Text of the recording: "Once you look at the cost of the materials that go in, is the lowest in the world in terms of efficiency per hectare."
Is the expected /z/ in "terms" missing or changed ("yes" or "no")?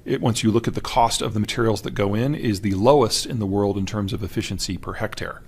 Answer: no